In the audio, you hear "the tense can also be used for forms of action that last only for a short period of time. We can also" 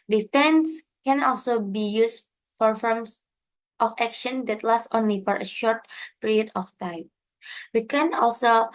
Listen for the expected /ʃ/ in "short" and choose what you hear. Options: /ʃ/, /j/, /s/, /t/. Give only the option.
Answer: /ʃ/